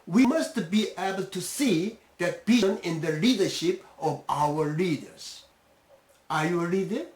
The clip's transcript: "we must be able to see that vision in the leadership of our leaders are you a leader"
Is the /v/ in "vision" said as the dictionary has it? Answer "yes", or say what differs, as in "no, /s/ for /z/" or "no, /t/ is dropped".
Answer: no, /b/ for /v/